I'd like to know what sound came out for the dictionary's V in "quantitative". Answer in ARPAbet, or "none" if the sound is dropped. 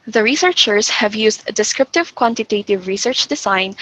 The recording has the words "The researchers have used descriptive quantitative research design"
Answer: V